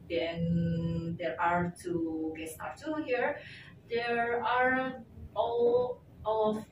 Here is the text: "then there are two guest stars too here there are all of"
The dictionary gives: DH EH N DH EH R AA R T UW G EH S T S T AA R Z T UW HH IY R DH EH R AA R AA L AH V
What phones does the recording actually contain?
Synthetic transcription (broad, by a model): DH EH N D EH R AA R T UW G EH T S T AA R T UW HH IY R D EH R AA R AA L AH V